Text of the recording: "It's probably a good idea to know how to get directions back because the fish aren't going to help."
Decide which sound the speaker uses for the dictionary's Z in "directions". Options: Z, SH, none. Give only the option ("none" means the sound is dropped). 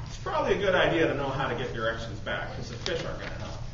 Z